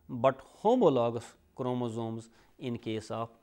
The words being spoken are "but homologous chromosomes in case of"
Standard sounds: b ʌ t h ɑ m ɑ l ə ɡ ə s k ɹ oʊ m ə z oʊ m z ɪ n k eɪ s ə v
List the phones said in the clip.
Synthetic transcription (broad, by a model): b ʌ t h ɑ m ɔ l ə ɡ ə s k ɹ oʊ m ə z oʊ m z ɪ n k eɪ s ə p